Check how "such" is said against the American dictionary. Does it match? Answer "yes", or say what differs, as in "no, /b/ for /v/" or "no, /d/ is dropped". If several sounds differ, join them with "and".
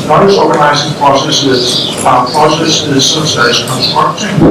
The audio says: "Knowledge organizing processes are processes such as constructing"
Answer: no, /s/ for /tʃ/